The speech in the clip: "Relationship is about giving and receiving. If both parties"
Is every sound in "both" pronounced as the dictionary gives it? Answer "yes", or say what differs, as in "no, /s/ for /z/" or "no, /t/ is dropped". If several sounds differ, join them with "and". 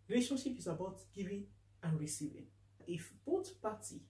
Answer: no, /t/ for /θ/